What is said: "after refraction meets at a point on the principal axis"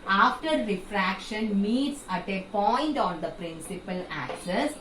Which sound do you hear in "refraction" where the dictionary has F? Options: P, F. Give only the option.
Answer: F